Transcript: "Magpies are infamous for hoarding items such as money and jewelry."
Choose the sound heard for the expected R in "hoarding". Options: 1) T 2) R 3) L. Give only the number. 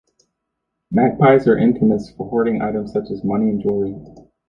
2